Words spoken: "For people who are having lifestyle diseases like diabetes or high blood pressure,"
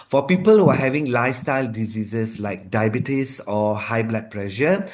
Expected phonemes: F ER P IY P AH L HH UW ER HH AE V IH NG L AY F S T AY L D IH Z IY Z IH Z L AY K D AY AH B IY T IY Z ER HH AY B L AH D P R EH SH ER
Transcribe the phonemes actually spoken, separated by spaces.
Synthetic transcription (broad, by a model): F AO P IY P AH L HH UW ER HH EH V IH NG L AY F S T AY L D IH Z IY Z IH S L AY K D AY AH B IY T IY S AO HH AY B L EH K P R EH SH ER